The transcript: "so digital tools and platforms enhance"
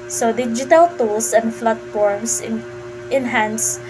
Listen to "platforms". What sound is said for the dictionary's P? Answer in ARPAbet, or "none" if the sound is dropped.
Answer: F